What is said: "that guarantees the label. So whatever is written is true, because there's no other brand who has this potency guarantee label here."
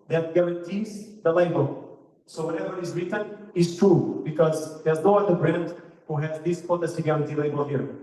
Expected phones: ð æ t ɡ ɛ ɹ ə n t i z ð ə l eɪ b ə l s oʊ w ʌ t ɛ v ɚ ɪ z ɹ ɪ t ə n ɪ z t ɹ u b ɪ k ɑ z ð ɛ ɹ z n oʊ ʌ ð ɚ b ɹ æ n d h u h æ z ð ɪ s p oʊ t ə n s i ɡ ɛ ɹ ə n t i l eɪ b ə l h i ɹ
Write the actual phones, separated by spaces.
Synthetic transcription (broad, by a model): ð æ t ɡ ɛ ɹ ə n t i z ð ə l eɪ b ə l s oʊ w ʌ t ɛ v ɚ ɪ z ɹ ɪ t ə n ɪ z t ɹ u b ɪ k ɑ z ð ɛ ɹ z n oʊ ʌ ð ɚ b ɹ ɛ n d h u h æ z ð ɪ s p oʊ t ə s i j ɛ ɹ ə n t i l eɪ b ə l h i ɹ